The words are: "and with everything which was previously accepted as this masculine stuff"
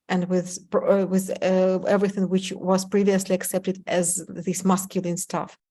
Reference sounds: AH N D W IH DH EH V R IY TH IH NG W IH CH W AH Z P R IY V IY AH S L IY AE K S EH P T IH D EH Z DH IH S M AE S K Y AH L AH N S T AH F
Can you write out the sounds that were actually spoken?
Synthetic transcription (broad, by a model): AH N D W IH DH EH V R IY TH IH NG W IH CH W AH Z P R IY V IY AH S L IY AE K S EH P T IH D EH Z DH IH S M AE S K Y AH L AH N S T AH F